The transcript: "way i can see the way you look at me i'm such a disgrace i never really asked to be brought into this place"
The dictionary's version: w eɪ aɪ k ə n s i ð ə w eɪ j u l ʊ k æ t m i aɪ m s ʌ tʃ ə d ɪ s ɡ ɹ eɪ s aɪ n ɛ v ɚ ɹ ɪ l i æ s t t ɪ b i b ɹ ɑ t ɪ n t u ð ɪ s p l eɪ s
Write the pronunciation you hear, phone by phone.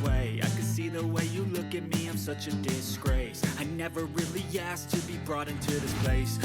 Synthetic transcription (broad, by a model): w eɪ aɪ k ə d s i ð ə w eɪ j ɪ l ʊ k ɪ t m i aɪ m s ʌ tʃ ə d ɪ s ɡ ɹ eɪ s aɪ n ɛ v ɚ ɹ ɪ l i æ s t t ɪ b i b ɹ ɑ t ɪ n t u ð ɪ s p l eɪ s